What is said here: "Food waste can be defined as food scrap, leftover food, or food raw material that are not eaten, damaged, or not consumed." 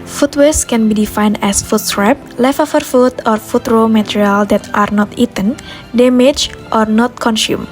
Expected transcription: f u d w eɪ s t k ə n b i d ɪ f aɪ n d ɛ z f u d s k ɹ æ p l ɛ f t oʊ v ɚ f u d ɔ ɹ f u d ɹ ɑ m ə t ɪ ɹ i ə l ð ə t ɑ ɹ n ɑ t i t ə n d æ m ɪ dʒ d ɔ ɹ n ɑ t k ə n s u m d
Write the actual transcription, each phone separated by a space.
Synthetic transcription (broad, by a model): f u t w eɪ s k ə n b i d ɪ f aɪ n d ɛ s f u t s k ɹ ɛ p l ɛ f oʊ f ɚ f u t ɔ ɹ f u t ɹ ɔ m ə t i ɹ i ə l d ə t ɑ ɹ n ɑ t i t ə n d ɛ m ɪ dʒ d ɔ ɹ n ɑ t k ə n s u m